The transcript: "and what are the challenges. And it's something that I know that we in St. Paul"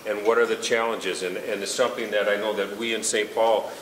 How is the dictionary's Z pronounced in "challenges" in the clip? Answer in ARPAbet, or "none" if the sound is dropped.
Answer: Z